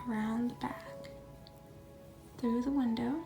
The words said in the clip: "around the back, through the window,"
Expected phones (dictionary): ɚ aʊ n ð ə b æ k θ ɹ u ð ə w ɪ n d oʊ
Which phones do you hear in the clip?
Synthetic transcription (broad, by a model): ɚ aʊ n ð ə b æ k θ ɹ u ð ə w ɪ n d oʊ